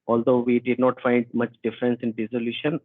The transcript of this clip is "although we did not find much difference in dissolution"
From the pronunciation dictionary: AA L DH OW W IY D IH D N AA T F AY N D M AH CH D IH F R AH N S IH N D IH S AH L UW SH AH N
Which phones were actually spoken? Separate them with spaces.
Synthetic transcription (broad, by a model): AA L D OW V IY D IH D N AA T F AY N D M AH CH D IH F R AH N S IH N D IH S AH L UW SH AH N